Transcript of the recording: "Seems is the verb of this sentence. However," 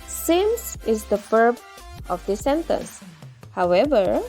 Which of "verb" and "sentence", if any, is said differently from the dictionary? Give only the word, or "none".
verb